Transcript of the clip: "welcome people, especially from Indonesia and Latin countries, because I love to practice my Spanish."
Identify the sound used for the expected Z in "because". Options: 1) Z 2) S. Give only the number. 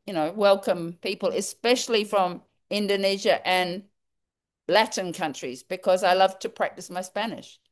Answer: 1